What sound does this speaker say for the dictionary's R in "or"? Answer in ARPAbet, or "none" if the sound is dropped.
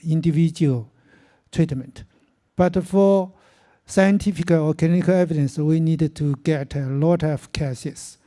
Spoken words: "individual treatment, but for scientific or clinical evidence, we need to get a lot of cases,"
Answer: L